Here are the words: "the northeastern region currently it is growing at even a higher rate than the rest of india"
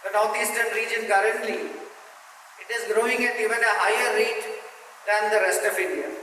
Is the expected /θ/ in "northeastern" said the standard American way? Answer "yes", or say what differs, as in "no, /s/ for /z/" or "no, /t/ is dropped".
no, /t/ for /θ/